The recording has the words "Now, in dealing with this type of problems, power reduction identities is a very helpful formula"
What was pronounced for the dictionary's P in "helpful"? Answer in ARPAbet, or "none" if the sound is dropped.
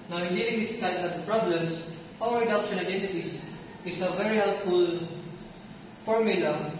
none